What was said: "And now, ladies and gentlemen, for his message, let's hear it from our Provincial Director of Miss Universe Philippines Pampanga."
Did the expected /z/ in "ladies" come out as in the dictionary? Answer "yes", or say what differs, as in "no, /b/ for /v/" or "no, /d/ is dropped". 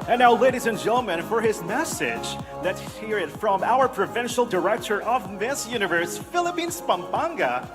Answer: yes